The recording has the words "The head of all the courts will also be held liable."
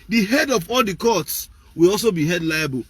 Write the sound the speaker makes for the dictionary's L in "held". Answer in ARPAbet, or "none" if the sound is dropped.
none